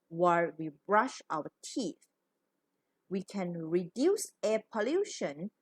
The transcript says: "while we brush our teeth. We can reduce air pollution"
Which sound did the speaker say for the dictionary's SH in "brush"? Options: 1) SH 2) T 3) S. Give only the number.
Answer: 1